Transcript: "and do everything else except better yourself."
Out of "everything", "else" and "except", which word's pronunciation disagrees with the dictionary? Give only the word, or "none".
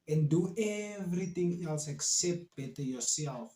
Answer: everything